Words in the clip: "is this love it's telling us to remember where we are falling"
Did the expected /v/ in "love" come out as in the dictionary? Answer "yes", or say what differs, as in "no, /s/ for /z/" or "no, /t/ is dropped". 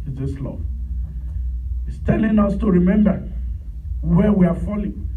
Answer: no, /v/ is dropped